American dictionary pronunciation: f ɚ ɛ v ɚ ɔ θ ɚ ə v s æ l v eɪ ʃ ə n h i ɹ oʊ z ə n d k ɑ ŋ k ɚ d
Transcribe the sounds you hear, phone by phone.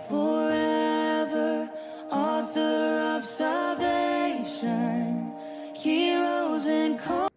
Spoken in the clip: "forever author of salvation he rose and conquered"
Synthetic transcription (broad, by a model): f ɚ ɛ v ɚ ɔ θ ɚ ə v s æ l v eɪ ʃ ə n h i ɹ oʊ z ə n k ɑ